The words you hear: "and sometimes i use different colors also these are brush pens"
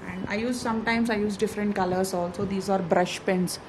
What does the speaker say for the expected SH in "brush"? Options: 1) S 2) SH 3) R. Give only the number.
2